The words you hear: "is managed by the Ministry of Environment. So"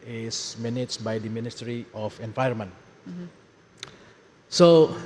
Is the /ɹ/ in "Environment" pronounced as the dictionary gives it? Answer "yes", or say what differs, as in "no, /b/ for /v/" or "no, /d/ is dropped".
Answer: no, /ɹ/ is dropped